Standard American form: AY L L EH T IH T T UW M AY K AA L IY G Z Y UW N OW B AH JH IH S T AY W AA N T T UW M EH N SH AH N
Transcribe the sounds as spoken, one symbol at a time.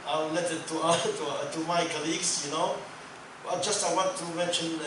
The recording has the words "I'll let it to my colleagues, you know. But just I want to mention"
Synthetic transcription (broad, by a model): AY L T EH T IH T T UW M AY K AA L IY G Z Y UW N OW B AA JH IH S T AY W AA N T T UW M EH N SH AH N